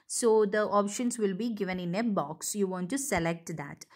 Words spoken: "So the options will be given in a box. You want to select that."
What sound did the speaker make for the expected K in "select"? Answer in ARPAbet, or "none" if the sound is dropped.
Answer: K